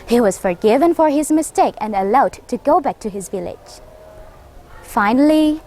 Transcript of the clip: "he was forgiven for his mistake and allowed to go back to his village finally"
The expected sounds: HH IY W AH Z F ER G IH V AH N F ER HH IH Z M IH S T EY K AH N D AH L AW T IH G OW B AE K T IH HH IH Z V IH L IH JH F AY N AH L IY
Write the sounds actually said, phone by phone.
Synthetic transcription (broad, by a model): HH IY W AH Z F ER G IH V AH N F ER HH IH Z M IH S T EY K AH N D AH L AW T IH G OW B AE K T IH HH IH Z V IH L IH JH F AY N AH L IY